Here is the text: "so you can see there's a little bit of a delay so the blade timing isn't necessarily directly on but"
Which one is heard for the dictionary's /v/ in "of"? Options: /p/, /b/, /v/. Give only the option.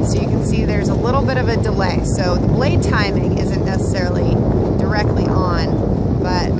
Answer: /v/